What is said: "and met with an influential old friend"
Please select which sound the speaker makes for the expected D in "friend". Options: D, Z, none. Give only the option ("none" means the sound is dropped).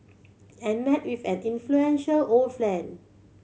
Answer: none